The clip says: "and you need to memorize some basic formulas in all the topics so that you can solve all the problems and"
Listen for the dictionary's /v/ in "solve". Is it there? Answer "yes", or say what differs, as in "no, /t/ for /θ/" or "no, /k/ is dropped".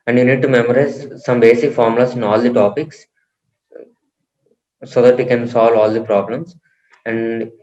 yes